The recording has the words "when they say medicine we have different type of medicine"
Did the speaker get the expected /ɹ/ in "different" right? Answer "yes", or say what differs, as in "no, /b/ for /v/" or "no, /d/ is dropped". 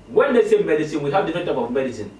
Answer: no, /ɹ/ is dropped